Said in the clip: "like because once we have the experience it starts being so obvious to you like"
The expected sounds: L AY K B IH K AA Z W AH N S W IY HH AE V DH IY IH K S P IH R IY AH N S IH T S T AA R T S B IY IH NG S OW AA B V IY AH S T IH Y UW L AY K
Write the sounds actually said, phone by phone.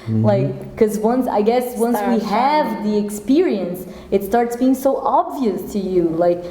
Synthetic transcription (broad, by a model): L AY K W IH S AA S W AH N S W IY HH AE V DH IY IH K S P IH R IY AH N S IH T S T AA R T S B IY IH NG S OW AA B V IY AH S T IH Y UW L AY K